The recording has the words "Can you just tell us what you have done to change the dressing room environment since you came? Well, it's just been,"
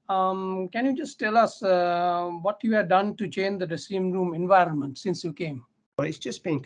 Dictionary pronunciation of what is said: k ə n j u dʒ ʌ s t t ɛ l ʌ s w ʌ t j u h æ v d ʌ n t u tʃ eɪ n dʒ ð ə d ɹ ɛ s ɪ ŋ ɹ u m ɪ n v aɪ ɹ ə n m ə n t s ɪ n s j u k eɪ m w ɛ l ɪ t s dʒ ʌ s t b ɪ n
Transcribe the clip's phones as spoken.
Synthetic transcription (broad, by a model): k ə n j u dʒ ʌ s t t ɛ l ʌ s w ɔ t j u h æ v d ʌ n t u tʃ eɪ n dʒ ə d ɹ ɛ s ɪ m ɹ u m ɪ n v aɪ ɹ ə n m ə n t s ɪ n s j u k eɪ m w ɪ t s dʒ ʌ s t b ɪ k